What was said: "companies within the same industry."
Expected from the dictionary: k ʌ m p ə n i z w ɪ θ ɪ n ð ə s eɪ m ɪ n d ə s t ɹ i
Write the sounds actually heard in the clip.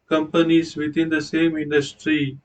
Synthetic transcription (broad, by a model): k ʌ m p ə n i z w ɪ t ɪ n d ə s eɪ m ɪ n d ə s t ɹ i